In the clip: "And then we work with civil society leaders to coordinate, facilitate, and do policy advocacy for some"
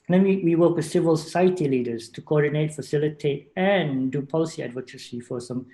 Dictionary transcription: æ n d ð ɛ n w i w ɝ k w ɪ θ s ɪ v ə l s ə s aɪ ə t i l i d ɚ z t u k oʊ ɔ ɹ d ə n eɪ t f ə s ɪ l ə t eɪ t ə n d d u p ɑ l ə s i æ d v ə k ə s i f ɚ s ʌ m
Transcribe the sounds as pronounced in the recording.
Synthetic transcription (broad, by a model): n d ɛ n w i w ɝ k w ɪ s ɪ v ə l s ə s aɪ ə t i l i d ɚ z t u k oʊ ɔ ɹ d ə n eɪ t f ə s ɪ l ə t eɪ t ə n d d u p ɑ l ə s i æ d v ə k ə s i f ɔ s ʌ m